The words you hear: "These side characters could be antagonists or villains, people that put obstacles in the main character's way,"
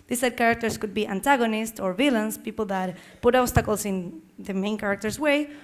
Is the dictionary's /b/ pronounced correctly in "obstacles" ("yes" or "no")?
no